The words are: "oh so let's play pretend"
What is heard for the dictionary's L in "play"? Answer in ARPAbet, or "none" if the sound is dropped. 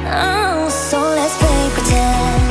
none